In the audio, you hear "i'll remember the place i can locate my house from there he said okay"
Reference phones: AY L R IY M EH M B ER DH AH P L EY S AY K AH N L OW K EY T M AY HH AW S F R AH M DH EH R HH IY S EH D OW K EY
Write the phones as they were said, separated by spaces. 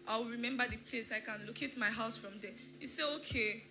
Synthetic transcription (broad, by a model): AY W R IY M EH M B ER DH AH P L EY S AY K AH N L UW K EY T M AY HH AW S F R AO M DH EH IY S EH OW K EY